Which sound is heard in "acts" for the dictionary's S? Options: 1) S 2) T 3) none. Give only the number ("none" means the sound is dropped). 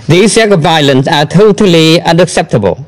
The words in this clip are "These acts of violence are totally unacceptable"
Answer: 3